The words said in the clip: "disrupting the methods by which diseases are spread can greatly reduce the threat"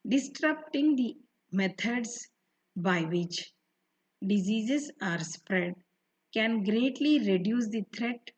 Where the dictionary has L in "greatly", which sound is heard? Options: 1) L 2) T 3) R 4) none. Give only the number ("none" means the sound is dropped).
1